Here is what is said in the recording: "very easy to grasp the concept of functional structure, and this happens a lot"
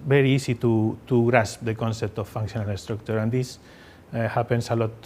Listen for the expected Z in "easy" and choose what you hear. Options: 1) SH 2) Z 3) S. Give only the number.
3